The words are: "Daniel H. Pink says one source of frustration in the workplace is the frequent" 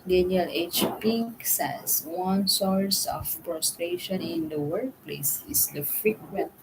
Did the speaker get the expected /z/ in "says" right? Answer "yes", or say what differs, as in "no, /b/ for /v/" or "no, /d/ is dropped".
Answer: no, /s/ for /z/